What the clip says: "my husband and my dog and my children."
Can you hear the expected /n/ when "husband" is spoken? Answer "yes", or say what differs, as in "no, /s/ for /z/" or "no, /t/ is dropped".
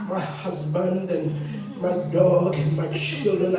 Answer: yes